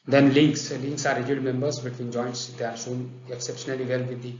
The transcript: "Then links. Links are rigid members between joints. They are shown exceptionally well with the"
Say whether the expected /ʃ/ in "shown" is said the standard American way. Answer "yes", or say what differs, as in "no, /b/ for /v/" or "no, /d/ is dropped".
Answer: no, /s/ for /ʃ/